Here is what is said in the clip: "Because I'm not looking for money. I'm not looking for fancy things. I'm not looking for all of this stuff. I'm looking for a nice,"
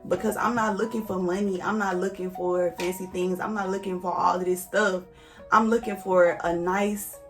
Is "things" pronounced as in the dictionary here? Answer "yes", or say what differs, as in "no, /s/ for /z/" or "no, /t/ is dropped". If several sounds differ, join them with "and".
yes